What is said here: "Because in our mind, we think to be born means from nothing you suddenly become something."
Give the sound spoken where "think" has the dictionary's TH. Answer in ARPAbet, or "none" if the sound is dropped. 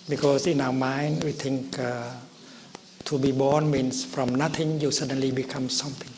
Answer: T